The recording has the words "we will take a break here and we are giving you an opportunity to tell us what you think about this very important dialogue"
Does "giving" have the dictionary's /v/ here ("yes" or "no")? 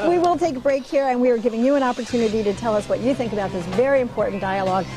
yes